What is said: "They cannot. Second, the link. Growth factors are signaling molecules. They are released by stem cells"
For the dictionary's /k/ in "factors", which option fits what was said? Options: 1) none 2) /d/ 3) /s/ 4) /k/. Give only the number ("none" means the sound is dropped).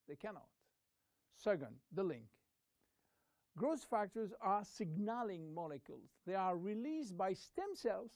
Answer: 4